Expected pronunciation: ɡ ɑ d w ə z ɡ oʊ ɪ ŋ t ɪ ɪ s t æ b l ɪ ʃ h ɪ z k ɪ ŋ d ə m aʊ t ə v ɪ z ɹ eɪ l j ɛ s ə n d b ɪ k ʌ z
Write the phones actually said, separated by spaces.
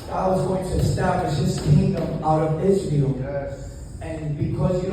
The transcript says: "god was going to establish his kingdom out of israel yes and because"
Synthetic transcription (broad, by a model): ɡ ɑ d w ə z ɡ oʊ ɪ ŋ t ɪ ɪ s t æ b l ɪ ʃ h ɪ z k ɪ ŋ d ə m aʊ t ə v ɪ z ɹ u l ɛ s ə n b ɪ k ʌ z